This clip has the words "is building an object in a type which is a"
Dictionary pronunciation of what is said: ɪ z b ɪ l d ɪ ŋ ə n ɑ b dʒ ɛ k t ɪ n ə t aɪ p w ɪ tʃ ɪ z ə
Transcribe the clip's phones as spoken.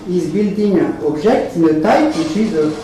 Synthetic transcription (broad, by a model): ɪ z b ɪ l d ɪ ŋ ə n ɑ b ʒ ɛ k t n ə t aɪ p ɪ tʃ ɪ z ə